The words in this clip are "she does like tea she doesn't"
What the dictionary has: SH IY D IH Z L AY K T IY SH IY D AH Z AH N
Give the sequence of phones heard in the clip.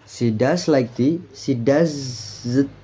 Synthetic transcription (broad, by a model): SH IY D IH S L AY K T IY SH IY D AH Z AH